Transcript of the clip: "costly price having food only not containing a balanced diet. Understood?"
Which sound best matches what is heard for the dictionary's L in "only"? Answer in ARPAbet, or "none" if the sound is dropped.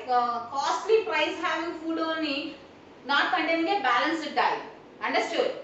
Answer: none